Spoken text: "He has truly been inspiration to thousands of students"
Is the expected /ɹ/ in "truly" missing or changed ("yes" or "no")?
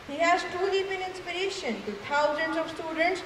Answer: yes